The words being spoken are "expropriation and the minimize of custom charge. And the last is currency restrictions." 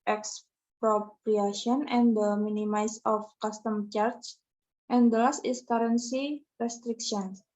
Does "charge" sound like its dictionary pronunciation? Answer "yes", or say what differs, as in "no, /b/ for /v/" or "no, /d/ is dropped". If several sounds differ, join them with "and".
no, /tʃ/ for /dʒ/